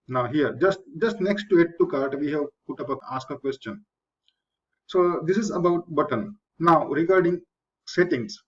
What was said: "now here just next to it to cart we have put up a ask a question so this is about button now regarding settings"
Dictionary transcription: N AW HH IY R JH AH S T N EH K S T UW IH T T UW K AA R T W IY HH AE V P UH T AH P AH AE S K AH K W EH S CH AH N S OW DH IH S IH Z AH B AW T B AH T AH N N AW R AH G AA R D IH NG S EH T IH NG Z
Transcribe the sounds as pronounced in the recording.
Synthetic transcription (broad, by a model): N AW HH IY R JH AH S T N EH K S T UW IH T T UW K AA R T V IY HH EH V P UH T AH P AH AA S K AH K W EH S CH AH N S OW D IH S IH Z AH B AW T B AH T AH N N AW R AH G AA R D IH NG S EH T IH NG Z